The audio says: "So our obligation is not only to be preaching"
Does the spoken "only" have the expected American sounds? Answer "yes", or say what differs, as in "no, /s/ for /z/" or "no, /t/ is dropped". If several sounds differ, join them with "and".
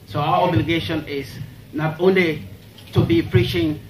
yes